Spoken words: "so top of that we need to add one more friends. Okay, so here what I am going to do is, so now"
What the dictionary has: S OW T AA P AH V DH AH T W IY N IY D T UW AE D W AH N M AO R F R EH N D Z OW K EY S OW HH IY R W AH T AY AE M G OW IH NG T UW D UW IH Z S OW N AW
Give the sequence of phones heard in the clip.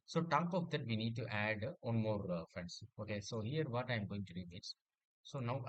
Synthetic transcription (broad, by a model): S OW T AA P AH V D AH T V IY N IY D T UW AE D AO N M AO R F R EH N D S OW K EY S OW HH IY R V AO T AY M G OW IH NG T UW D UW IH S S OW N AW